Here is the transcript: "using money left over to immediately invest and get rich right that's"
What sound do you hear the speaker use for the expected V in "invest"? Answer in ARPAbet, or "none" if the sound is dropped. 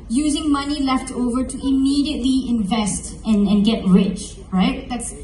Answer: V